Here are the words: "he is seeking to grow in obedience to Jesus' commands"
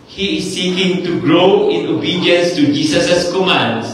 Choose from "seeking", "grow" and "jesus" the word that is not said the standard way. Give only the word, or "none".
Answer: jesus